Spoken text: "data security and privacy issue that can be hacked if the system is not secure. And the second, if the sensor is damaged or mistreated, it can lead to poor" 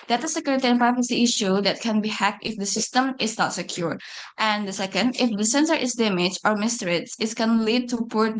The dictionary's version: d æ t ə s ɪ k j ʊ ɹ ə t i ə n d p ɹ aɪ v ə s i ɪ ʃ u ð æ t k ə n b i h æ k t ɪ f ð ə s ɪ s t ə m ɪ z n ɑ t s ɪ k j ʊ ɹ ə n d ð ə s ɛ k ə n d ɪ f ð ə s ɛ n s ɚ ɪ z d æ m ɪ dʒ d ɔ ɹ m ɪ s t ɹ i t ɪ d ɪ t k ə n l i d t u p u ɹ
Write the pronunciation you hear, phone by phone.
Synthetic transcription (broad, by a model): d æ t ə s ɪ k j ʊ ɹ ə t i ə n p ɹ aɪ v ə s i ɪ ʃ u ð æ t k ə n b i h æ k t ɪ f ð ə s ɪ s t ə m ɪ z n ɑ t s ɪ k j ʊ ɹ ə n d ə s ɛ k ə n d ɪ f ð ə s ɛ n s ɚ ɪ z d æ m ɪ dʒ ɔ ɹ m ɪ s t ɹ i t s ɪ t k ə n l i d t u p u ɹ